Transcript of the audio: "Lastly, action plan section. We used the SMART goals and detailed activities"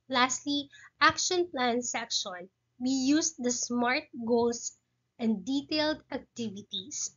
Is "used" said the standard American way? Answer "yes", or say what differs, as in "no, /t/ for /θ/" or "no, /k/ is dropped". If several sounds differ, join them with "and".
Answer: no, /s/ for /z/